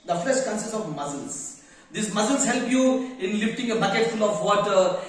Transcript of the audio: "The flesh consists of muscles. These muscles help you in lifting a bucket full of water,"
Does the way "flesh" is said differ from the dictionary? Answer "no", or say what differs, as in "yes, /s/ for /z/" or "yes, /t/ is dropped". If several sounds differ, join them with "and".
yes, /s/ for /ʃ/